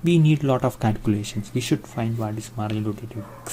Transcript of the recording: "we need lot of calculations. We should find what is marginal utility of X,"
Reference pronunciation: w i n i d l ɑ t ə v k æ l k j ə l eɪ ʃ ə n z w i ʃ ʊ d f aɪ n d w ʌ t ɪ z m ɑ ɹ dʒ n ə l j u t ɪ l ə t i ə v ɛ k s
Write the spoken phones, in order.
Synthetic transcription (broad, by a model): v i n i d l ɑ t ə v k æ l k j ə l eɪ ʃ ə n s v i ʃ ʊ d f aɪ n d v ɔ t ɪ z m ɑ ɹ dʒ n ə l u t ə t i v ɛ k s